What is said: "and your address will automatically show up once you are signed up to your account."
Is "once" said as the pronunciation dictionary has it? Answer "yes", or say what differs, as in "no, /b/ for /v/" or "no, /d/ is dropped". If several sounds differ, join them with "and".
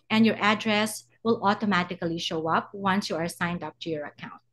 yes